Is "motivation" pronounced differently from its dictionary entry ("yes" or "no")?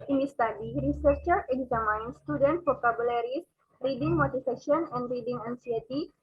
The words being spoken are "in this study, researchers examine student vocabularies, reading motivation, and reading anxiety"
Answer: yes